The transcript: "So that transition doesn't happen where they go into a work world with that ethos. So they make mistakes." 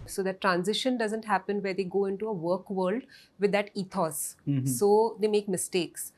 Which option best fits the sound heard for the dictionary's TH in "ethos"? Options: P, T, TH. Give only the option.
T